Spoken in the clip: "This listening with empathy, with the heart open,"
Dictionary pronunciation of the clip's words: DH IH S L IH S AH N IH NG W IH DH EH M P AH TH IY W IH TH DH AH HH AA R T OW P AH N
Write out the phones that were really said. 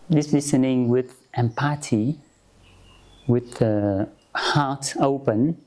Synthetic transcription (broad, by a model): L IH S L IH S AH N IH NG W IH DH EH M P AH T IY W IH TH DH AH HH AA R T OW P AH N